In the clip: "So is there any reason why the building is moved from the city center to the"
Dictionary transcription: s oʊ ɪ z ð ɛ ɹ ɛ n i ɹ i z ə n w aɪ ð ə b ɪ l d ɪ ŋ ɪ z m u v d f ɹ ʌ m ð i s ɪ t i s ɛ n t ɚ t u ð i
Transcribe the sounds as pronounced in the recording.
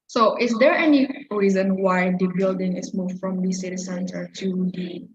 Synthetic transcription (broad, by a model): s oʊ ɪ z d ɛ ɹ ɛ n i ɹ i z ə n w aɪ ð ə b ɪ l d ɪ ŋ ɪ s m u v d f ɹ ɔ m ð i s ɪ t i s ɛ n s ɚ t u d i